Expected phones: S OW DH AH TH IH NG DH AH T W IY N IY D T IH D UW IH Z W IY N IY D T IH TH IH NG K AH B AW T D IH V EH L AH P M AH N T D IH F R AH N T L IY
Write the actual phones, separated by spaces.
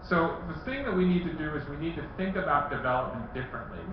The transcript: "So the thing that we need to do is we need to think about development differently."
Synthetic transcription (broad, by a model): S OW DH AH TH IH NG DH AH T W IY N IY D T IH D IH IH Z W IY N IY D T IH TH IH NG K AH B AW T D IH V EH L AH P M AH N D IH F R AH N T L IY